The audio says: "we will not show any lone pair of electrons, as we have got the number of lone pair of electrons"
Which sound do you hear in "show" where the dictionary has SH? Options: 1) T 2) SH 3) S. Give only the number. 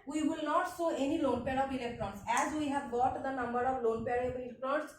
3